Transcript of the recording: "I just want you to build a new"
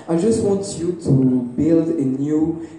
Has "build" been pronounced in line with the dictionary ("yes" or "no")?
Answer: yes